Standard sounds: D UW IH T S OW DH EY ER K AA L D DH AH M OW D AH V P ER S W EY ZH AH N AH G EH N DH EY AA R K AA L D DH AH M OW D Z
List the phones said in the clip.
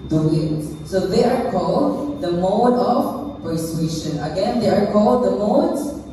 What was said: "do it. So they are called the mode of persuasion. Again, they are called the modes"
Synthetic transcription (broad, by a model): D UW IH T S OW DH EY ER K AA L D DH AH M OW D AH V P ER S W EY SH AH N AH G EH N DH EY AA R K AA L D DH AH M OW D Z